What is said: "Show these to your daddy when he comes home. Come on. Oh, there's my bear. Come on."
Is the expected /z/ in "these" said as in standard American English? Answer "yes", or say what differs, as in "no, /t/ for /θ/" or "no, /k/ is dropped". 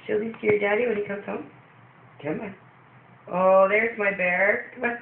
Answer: no, /s/ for /z/